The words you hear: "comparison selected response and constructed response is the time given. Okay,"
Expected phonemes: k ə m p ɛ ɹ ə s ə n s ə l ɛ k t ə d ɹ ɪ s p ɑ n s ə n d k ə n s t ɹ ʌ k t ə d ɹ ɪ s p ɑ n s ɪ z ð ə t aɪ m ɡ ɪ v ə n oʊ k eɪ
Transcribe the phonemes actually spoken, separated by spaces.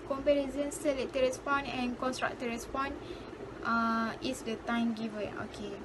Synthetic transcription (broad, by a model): k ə m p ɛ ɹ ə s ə n s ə l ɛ t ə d ɹ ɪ s p ɑ n ə n k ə n s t ɹ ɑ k t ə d ɹ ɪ s p ɑ n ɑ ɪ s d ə t aɪ m ɡ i v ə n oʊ k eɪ